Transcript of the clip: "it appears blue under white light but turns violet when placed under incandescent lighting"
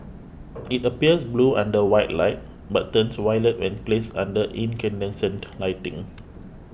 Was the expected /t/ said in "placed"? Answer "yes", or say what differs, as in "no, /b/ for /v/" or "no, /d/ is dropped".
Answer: no, /t/ is dropped